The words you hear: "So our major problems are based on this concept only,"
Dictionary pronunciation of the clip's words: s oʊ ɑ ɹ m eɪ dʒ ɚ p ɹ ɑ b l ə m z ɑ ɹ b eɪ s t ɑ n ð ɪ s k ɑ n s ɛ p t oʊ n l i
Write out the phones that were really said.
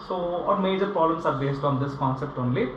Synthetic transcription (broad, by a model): s oʊ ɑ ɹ m eɪ dʒ ɚ p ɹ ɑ l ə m s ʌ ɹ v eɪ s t ɑ n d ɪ s k ɑ n s ɛ p t oʊ n l i